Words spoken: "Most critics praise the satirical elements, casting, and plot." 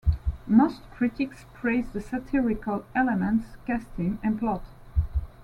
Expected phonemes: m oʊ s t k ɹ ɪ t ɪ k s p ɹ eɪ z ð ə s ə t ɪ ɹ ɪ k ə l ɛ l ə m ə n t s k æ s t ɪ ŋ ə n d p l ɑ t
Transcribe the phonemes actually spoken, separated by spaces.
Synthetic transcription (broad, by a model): m oʊ s t k ɹ ɪ t ɪ k s p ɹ eɪ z ð ə s ə t ɪ ɹ ɪ k ə l ɛ l ə m ə n t s k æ s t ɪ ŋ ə n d p l ɑ t